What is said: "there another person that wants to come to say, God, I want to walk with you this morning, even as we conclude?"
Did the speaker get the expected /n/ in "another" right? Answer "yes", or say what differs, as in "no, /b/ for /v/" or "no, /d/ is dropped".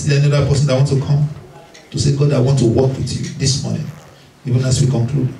no, /n/ is dropped